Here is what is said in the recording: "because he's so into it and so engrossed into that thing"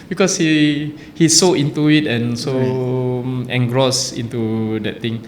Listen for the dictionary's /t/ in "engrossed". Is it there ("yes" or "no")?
no